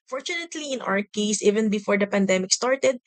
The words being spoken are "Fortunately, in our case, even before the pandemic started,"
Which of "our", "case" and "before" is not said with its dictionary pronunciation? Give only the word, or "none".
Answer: our